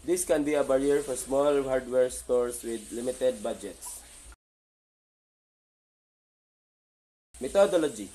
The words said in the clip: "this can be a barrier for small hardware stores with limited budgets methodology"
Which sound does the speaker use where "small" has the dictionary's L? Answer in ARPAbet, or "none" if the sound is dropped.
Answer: L